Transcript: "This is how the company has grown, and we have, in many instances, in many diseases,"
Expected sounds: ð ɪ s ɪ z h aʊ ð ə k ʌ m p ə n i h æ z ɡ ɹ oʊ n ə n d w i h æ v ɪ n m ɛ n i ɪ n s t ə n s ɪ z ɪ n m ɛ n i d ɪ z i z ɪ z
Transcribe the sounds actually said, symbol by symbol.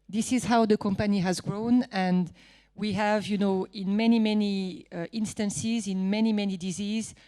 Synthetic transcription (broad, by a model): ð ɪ s ɪ z h aʊ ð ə k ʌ m p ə n i h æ z ɡ ɹ oʊ n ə n w i h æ v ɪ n m ɛ n i ɪ n s t ə n s ɪ z ɪ n m ɛ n i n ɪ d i z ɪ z